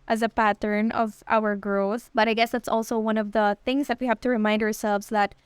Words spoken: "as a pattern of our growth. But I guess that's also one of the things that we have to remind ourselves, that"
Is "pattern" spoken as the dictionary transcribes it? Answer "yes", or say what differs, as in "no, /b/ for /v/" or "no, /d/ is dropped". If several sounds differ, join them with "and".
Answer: yes